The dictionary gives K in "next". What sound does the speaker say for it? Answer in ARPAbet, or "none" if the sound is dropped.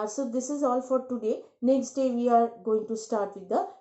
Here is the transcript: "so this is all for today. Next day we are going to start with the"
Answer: K